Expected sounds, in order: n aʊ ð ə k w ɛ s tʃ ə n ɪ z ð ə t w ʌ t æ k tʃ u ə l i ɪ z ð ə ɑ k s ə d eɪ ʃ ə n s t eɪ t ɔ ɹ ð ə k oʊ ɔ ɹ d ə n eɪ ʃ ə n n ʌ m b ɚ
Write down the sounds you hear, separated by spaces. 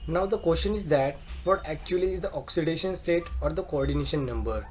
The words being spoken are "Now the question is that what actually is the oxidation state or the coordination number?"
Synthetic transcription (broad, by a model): n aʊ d ə k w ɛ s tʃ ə n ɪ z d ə t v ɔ t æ k tʃ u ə l i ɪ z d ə ɑ k s ə d eɪ ʃ ə n s t eɪ t ɔ ɹ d ə k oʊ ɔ ɹ d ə n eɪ ʃ ə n n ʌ m b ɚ